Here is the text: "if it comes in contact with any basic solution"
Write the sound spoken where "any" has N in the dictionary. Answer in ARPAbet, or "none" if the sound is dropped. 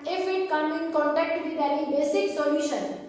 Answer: L